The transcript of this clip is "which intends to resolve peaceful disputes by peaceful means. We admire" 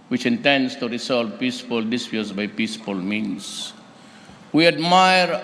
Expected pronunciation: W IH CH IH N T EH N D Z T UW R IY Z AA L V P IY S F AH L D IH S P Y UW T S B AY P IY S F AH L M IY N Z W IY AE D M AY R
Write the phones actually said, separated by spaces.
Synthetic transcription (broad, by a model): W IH CH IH N T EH N D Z T UW R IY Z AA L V P IY S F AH L D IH S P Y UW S B AY P IY S F AH L M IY N S W IY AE D M AY R